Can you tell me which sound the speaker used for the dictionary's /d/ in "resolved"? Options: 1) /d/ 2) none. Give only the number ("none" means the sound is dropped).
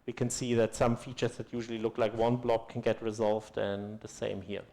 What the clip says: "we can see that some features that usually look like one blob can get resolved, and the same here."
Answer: 1